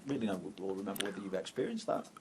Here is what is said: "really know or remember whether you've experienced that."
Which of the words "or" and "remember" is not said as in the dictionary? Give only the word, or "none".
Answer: or